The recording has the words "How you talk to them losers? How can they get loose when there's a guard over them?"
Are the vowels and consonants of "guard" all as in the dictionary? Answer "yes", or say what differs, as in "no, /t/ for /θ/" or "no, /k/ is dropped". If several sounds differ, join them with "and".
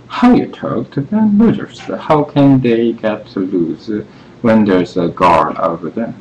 no, /d/ is dropped